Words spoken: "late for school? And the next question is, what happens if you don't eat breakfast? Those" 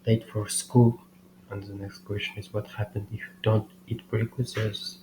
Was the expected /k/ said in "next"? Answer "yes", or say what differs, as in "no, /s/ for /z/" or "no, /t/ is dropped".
yes